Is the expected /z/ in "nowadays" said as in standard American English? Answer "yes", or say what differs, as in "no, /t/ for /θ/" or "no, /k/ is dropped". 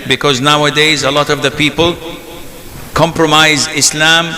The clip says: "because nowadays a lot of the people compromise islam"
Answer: yes